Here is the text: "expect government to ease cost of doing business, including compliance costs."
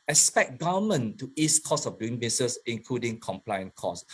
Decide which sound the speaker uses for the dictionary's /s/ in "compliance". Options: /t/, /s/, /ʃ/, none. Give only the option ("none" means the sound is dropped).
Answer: none